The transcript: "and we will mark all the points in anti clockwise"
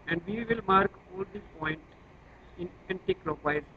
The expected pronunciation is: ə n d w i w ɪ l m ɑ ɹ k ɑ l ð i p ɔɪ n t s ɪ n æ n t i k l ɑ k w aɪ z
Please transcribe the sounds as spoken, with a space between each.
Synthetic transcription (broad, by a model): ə n d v i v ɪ l m ɑ ɹ k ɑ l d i p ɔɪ n t ɪ n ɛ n t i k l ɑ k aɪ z